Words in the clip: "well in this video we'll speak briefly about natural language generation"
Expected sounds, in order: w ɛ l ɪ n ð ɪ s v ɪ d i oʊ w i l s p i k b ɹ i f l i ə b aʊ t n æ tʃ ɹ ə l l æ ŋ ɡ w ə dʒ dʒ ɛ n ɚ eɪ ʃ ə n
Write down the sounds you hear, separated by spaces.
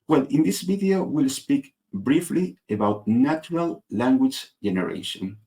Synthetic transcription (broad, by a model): w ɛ l ɪ n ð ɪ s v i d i oʊ w i l s p i k b ɹ i f l i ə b aʊ t n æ tʃ ɹ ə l l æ ŋ ɡ w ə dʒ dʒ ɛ n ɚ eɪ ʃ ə n